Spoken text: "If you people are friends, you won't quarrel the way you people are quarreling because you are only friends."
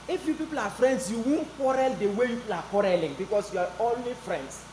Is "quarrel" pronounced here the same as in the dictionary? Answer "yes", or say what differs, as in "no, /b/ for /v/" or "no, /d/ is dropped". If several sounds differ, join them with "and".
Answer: yes